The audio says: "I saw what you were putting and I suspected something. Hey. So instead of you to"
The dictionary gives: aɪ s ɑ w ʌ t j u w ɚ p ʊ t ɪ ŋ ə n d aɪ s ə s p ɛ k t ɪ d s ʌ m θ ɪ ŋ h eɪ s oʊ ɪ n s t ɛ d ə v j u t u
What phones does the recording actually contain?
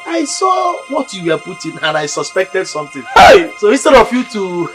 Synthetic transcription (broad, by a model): aɪ s ɑ w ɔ t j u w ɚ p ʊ t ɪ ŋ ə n aɪ s ə s p ɛ k t ɪ d s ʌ m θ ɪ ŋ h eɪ s oʊ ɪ s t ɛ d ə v j u t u